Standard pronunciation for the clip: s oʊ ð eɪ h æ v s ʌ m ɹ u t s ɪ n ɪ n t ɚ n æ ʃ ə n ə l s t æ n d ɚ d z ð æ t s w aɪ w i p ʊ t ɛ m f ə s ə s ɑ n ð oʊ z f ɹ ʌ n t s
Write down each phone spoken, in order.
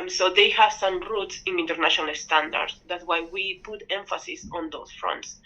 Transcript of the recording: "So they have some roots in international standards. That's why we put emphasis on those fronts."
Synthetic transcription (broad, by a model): s oʊ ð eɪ h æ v s ʌ m ɹ u t s ɪ n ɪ n t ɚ n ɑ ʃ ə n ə l s t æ n d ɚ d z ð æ t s w aɪ w i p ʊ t ɛ m f ə s ə s ɑ n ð oʊ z f ɹ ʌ n t s